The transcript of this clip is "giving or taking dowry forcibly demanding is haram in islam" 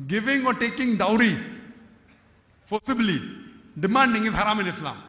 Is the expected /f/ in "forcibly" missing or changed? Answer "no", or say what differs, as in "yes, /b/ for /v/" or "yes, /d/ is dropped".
yes, /p/ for /f/